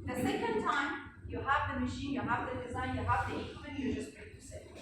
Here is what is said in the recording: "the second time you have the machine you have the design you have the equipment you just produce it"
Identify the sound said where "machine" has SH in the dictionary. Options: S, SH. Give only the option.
SH